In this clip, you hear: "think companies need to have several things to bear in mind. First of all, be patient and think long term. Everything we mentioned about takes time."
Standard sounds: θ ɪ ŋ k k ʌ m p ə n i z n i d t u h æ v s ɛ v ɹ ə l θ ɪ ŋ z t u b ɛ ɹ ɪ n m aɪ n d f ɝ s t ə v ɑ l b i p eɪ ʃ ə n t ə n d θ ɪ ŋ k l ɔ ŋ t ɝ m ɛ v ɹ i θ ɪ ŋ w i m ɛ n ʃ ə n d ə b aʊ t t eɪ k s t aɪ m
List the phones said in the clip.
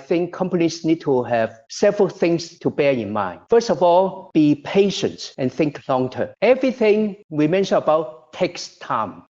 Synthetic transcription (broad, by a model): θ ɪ ŋ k k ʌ m p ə n i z n i d t u h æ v s ɛ v ɹ ə l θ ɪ ŋ s t u b ɛ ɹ ɪ n m aɪ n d f ɝ s t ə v ɑ l b i p eɪ ʃ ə n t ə n θ ɪ ŋ k l ɔ ŋ t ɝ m ɛ v ɹ i θ ɪ ŋ w i m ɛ n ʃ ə n ə b aʊ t t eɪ k s t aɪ m